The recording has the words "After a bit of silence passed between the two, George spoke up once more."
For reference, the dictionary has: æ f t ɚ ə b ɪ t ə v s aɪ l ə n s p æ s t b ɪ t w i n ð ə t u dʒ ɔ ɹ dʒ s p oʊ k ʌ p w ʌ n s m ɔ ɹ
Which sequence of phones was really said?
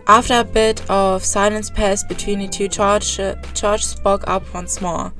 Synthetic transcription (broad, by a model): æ f t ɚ ə b ɪ t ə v s aɪ l ə n s p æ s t b ɪ t w i n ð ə t u tʃ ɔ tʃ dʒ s b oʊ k ʌ p w ʌ n s m ɔ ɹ